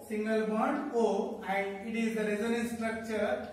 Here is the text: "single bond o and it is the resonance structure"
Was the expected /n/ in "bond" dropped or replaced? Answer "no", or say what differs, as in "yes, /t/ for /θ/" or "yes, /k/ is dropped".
yes, /n/ is dropped